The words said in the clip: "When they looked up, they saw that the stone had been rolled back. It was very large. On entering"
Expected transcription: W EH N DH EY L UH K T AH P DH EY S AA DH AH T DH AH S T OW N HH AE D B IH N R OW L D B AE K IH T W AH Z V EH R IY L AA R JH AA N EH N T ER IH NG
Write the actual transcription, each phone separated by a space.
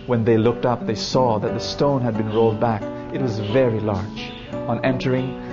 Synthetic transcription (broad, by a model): W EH N DH EY L UH K T AH P DH EY S AA DH AH T DH AH S T OW N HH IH D B IH N R OW L D B AE K IH T W AH Z V EH R IY L AA R JH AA N EH N T ER IH NG